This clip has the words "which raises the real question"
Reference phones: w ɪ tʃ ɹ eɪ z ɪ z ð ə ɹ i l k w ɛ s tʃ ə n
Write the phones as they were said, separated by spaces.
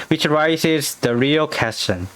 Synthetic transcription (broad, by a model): w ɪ tʃ ɹ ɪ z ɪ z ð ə ɹ i l k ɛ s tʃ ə n